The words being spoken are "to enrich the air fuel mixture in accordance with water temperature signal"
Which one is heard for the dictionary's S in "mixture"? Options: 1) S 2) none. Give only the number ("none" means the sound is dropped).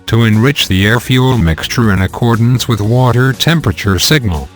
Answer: 1